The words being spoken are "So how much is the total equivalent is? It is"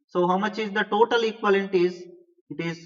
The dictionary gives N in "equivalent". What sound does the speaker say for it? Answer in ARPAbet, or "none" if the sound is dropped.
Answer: none